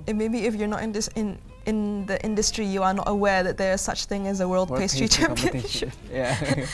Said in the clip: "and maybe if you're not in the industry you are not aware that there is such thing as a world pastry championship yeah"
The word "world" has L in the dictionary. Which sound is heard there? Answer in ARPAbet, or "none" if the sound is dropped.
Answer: L